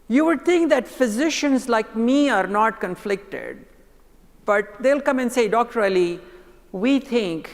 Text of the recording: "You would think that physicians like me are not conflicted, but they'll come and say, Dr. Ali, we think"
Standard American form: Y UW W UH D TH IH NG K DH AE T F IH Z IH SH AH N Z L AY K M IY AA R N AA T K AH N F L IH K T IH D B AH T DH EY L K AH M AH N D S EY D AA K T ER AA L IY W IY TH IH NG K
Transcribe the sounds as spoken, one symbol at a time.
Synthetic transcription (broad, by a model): Y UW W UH D T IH NG K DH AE T F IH Z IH SH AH N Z L AY K M IY AA R N AA T K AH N F L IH K T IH D B AH T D EY L K AH M AH N D S EY D AA K T ER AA L IY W IY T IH NG K